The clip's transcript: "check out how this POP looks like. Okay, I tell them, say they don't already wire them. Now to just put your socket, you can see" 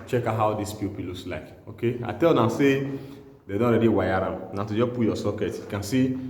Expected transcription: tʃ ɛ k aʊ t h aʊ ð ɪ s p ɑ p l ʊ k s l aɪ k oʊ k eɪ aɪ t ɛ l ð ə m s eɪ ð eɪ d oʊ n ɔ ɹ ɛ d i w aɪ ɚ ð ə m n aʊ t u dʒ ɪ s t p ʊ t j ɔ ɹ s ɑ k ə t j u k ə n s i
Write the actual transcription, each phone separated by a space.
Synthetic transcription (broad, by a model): tʃ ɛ k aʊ h aʊ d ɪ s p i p l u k s l aɪ k oʊ k eɪ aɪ t ɛ l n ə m s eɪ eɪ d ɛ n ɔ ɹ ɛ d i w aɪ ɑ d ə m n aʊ t u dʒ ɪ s p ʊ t j ɔ s ɑ k ə t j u k ə n s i